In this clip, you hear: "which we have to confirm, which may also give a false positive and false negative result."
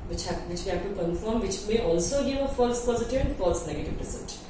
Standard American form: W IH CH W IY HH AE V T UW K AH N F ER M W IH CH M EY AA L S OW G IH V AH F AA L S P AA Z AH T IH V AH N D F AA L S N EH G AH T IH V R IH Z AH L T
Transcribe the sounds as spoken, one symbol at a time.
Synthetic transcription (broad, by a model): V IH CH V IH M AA P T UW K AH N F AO M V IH CH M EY AA L S OW G IH V AH F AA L S P AA Z AH T IH V AH N D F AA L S N EH G AH T IH V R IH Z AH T